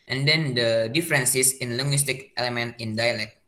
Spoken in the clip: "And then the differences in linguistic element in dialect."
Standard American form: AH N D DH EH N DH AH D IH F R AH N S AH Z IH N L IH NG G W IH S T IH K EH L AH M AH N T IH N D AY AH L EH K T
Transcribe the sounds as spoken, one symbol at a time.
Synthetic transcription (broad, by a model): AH N D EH N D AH D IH F R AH N S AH S IH N L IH NG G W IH S T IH K EH L AH M AH N T IH N D AY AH L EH K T